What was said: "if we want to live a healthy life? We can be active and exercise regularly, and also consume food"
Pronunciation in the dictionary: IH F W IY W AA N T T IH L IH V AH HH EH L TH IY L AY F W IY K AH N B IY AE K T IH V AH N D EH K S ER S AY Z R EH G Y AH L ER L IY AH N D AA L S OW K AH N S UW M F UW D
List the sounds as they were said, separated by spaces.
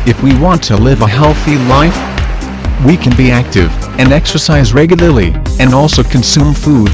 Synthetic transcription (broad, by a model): IH F W IY W AA N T T IH L IH V AH HH EH L TH IY L AY F W IY K AH N B IY AE K T IH V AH N EH K S ER S AY Z R EH G Y L ER L IY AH N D AA L S OW K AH N S UW M F UW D